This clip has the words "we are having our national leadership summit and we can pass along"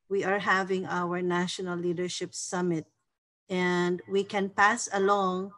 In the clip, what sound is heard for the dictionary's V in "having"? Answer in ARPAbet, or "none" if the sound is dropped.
V